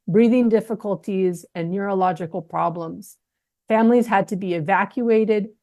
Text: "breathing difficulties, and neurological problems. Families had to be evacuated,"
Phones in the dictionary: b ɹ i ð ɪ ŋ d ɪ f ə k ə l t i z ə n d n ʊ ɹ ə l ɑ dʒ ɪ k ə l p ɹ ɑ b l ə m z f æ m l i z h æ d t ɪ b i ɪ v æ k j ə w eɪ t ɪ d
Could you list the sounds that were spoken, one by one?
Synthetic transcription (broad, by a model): b ɹ i ð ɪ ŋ d ɪ f ə k ə l t i z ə n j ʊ ɹ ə l ɑ dʒ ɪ k l p ɹ ɑ b l ə m z f æ m l i z h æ d t ɪ b i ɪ v æ k j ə eɪ t ɪ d